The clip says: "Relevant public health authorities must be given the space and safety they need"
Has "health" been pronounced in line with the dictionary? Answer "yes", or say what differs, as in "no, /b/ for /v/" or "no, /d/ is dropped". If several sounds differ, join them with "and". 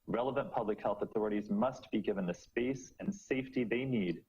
yes